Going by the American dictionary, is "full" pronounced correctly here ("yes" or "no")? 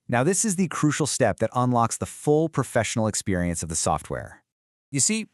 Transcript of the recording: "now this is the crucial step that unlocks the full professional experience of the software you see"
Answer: yes